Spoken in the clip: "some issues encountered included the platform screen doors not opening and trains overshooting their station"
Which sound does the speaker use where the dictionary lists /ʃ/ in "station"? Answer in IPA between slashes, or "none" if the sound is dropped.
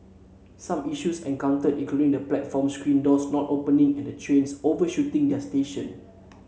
/ʃ/